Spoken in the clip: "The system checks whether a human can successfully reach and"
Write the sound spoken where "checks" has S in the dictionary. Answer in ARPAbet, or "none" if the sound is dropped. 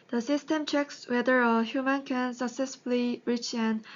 S